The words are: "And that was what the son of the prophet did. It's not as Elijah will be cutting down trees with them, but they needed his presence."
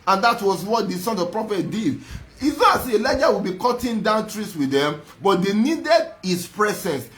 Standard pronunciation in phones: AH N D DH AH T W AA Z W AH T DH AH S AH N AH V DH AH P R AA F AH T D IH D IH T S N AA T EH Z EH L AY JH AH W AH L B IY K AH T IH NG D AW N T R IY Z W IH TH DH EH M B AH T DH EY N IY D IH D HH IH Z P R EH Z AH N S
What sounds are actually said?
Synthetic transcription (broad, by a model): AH N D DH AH T W AA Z W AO T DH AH S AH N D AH P R AA F AH T D IH D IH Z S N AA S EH EH L AY JH AH W AH L B IY K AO T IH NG D AW N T R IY S W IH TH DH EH M B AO T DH EY N IY D IH D HH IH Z P R EH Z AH N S